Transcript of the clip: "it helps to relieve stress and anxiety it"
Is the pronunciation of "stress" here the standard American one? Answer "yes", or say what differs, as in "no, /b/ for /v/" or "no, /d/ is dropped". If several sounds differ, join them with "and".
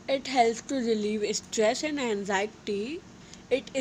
yes